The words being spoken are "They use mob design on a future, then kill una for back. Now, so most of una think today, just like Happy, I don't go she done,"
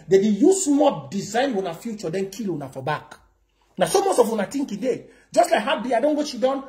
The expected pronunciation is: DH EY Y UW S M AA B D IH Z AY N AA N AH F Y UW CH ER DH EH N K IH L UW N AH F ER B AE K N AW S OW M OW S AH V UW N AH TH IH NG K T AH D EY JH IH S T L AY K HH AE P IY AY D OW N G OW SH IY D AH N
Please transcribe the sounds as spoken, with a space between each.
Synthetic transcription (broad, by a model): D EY Y UW S M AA D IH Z AY N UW N AH F Y UW CH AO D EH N K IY L UW N AH F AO B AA K N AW S OW M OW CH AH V UW N AH T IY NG K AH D EY JH IH S T L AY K HH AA B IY AY D OW N G OW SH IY D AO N